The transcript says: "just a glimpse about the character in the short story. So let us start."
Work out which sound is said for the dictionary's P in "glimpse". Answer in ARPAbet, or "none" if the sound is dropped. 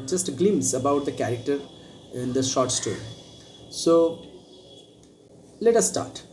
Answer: none